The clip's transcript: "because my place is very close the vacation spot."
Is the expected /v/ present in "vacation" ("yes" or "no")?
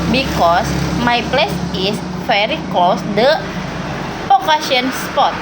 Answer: no